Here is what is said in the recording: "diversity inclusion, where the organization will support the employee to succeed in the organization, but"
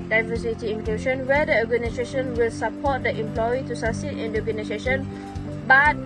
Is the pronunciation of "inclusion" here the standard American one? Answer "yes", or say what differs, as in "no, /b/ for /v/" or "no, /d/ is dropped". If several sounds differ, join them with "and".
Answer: no, /ʃ/ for /ʒ/